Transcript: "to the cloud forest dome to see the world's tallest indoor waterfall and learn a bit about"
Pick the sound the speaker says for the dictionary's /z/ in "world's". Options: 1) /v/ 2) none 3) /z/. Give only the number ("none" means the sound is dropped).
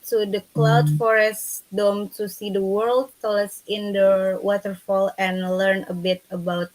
2